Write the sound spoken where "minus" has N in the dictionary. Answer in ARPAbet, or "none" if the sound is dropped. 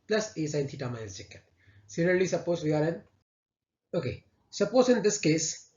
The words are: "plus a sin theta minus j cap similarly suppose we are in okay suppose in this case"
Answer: none